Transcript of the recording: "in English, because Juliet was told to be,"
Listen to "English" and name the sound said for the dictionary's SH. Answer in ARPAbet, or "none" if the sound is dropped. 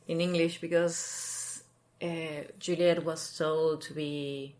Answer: SH